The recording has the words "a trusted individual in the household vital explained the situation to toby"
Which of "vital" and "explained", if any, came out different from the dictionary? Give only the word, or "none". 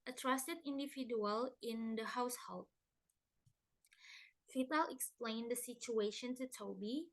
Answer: vital